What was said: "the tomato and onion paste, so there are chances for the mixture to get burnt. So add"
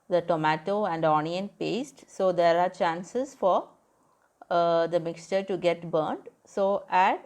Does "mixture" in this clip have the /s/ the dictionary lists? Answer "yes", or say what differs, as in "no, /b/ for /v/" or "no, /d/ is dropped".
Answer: yes